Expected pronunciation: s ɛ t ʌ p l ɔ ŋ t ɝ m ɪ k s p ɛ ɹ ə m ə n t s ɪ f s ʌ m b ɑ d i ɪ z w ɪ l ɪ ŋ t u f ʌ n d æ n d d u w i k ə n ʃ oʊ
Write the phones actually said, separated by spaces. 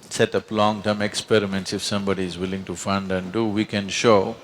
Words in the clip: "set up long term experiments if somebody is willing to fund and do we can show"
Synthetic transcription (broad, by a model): s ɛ t ʌ p l ɔ ŋ t ɝ m ɪ k s p ɛ ɹ ə m ə n t s ɪ f s ʌ m b ɑ d i ɪ z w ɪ l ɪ ŋ t u f ʌ n d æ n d d u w i k ə n ʃ oʊ